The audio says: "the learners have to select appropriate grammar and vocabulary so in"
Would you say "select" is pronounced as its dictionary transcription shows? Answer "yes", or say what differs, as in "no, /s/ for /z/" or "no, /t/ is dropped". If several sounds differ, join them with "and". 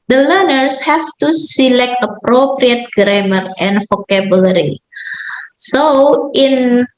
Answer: yes